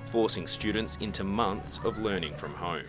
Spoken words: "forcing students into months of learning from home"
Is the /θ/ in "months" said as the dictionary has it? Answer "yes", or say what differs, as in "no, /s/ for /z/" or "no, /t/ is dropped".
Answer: yes